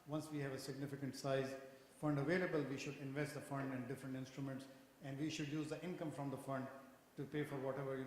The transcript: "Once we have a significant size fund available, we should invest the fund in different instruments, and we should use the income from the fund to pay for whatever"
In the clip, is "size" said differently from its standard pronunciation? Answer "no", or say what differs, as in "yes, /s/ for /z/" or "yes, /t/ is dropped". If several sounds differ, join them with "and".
no